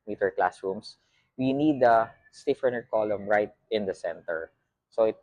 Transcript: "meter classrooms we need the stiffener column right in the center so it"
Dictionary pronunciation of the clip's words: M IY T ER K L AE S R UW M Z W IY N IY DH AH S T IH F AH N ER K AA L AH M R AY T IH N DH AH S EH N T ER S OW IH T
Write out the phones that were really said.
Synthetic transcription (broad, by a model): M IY T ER K L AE S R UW M S W IY N IY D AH S T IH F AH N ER K AA L AH M R AY T IH N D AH S EH N T ER S OW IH T